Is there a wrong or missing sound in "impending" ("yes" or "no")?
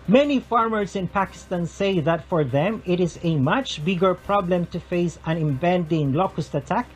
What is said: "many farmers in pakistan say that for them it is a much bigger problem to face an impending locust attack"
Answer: yes